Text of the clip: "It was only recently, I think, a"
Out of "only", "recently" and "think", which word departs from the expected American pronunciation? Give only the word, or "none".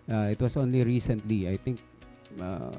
think